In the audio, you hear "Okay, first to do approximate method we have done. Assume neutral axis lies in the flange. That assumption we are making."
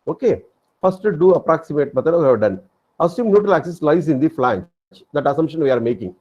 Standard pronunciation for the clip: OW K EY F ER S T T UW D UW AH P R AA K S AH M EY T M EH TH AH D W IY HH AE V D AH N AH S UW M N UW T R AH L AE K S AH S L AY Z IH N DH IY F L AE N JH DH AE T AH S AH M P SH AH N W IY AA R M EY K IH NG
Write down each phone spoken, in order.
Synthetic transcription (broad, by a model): OW K EY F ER S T T UW D UW AH P R AA K S AH M EY T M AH T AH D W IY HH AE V D AH N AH S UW M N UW T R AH L AE K S AH S L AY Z IH N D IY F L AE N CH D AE T AH S AH M P SH AH N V IY AA R M EY K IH NG